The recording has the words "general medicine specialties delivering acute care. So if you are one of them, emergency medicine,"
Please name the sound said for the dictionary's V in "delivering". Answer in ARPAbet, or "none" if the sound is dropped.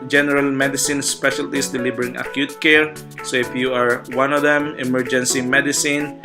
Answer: B